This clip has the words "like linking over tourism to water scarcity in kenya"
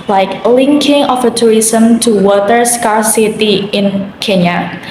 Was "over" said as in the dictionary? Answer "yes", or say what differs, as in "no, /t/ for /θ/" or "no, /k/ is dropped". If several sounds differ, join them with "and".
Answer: no, /f/ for /v/